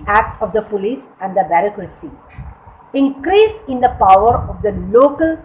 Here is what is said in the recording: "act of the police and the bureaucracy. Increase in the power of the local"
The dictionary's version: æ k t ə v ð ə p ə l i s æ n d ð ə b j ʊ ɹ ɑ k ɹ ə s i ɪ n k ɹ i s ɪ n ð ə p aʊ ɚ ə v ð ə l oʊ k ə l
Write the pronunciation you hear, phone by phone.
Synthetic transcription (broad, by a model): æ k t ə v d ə p ə l i s æ n d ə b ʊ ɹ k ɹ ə s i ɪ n k ɹ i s ɪ n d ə p aʊ ɚ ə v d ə l oʊ k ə l